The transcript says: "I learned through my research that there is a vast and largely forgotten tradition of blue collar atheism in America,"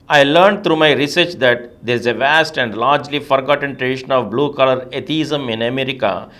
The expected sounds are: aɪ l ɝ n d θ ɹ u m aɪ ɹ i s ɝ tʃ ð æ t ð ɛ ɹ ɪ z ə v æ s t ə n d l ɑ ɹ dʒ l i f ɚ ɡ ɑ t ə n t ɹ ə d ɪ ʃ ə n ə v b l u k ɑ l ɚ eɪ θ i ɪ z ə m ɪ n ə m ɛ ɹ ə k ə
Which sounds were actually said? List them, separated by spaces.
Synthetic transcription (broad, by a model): aɪ l ɝ n d t ɹ u m aɪ ɹ i s ɝ tʃ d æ t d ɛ ɹ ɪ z ə v æ s t ə n d l ɑ ɹ dʒ l i f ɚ ɡ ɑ t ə n t ɹ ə d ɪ ʃ ə n ə v b l u k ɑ l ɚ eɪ t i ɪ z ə m ɪ n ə m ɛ ɹ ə k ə